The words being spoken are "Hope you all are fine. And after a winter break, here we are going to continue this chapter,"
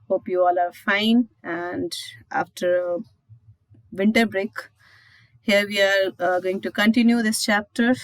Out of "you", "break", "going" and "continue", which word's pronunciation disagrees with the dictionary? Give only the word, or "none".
none